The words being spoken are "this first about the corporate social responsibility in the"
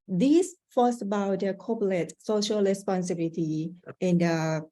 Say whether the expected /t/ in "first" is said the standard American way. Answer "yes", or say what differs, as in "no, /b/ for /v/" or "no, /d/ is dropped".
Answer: no, /t/ is dropped